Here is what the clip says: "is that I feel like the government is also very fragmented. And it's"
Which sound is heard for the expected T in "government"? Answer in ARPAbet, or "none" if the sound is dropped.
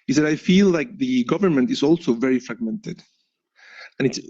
T